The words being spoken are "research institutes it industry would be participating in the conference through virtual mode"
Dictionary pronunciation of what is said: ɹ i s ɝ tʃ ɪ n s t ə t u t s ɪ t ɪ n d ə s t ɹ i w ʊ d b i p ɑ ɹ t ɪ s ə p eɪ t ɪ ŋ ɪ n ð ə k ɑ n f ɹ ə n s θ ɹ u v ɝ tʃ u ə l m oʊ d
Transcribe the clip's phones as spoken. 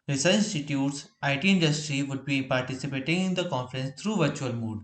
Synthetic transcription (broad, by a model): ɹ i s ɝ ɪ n s t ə t u t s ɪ t ɪ n d ə s t ɹ i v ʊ d b i p ɑ ɹ t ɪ s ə p eɪ t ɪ ŋ ɪ n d ə k ɑ n f ɹ ə n s t ɹ u v ɝ tʃ u ə l m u d